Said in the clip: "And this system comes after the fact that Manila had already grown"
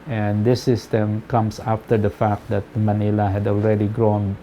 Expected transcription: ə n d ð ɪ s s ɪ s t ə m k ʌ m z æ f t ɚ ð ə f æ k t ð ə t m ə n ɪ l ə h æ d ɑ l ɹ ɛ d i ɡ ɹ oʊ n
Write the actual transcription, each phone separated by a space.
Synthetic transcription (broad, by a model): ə n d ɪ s s ɪ s t ə m k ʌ m s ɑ f t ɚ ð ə f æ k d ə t m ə n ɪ l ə h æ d ɑ l ɹ ɛ d i ɡ ɹ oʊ n